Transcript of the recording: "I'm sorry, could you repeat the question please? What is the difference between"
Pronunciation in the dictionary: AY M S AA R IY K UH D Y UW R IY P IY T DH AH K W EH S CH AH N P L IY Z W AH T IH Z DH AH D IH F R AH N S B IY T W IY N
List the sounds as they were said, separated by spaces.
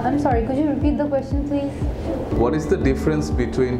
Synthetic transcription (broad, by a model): AY M S AA R IY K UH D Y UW R IY P IY T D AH K W EH S CH AH N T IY W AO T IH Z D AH D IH F R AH N S B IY T W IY N